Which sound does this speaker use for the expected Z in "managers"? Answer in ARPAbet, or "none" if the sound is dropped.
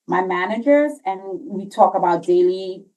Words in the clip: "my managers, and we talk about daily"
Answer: Z